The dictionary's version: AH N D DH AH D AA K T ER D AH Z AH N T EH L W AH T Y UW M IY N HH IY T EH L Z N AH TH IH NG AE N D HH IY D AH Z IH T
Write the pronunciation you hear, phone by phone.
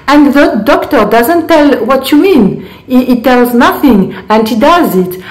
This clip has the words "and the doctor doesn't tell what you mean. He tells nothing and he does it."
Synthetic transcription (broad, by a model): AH N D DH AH D AA K T ER D AH Z AH N T EH L W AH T Y UW M IY N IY T EH L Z N AH TH IH NG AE N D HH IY D AH Z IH T